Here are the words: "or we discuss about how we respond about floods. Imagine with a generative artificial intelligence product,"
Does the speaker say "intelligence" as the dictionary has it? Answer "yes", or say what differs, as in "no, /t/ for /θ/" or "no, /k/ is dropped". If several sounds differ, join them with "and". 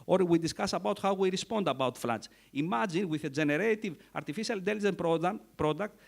no, /s/ is dropped